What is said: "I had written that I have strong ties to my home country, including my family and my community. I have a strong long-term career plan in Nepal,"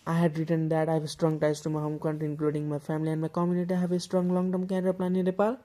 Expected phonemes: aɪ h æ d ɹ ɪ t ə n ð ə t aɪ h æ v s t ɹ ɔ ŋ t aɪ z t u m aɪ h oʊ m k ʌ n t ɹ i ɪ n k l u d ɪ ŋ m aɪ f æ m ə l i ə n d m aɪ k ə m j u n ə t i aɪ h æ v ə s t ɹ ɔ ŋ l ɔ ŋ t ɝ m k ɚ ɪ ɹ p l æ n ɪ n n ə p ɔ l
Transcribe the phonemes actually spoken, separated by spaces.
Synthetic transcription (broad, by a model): aɪ h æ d ɹ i t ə n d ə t aɪ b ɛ s t ɹ ɔ ŋ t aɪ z t u m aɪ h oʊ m k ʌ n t i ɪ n k l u d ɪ ŋ m aɪ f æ m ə l i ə n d m aɪ k ə m j u n ə t i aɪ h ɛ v ə s t ɹ ɔ ŋ l ɔ ŋ t ɝ m k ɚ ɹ p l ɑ n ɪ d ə p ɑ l